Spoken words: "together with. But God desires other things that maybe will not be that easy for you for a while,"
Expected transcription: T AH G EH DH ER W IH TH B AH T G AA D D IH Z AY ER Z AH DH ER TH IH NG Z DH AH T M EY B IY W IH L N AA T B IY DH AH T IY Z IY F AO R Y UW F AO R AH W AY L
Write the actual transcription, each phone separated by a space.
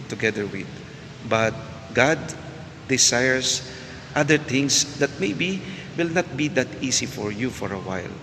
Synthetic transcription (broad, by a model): T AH G EH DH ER W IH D B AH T G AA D D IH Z AY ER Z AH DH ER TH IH NG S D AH T M EY B IY W IH L N AA T B IY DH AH T IY S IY F AO R Y UW F AO R AH W AY L